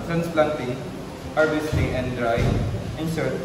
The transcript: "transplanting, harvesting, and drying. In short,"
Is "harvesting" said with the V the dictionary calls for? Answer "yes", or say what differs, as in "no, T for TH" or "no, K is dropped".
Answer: no, B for V